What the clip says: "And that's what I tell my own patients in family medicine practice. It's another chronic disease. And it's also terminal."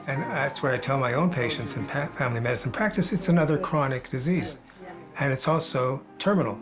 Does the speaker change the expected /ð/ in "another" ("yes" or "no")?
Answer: no